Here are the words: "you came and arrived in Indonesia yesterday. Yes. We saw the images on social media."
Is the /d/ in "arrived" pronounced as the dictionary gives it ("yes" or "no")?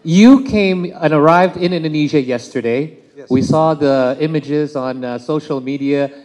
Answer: yes